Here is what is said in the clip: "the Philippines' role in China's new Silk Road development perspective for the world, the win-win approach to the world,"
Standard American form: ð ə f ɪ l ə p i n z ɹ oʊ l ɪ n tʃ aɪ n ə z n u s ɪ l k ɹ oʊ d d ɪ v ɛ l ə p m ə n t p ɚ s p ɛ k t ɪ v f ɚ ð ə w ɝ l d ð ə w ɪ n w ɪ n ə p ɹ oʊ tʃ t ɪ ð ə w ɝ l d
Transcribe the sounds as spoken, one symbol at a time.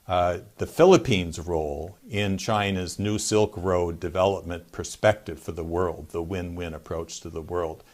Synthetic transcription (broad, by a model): ð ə f ɪ l ə p i n z ɹ oʊ l ɪ n tʃ aɪ n ə z n u s ɪ l k ɹ oʊ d d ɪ v ɛ l ə p m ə n p ɚ s p ɛ k t ɪ v f ɚ ð ə w ɝ l d ð ə w ɪ n w ɪ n ə p ɹ oʊ tʃ t ɪ ð ə w ɝ l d